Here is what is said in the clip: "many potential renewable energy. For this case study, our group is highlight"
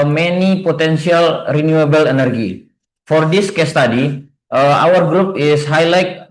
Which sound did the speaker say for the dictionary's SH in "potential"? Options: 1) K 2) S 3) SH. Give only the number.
2